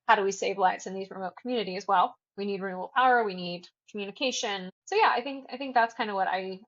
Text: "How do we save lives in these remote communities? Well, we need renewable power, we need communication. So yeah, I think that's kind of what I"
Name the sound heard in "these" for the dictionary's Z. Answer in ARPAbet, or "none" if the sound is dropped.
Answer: Z